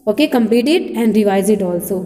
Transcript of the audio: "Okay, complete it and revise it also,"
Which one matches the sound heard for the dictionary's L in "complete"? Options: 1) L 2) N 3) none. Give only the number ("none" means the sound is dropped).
3